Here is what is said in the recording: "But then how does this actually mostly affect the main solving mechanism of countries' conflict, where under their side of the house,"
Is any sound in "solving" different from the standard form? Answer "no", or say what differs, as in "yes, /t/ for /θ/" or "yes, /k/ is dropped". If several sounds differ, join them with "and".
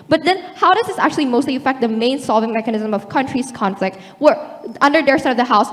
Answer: no